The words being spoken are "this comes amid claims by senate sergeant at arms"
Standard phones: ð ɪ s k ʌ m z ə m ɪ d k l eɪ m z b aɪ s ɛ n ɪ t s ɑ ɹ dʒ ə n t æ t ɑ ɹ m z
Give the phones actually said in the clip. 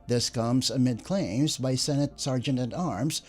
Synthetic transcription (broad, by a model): ð ɪ s k ʌ m z ə m ɪ d k l eɪ m z b aɪ s ɛ n ɪ t s ɑ ɹ dʒ ə n t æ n ɑ ɹ m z